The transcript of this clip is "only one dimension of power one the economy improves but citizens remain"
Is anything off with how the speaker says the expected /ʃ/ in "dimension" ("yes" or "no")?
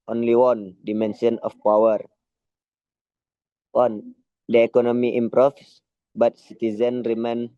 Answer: yes